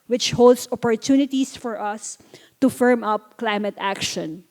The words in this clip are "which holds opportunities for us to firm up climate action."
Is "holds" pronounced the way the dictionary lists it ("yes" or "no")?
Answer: no